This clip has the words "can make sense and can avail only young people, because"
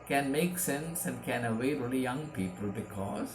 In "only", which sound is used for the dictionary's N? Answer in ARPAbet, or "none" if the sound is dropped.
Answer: none